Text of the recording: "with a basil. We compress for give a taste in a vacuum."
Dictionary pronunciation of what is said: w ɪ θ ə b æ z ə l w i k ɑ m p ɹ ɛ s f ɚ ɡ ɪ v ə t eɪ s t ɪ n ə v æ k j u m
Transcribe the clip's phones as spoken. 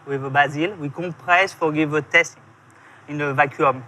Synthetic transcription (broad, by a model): w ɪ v ə b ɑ z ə l w i k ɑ p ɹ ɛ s f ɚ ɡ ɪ v ə t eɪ s t ɪ n ə v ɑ k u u m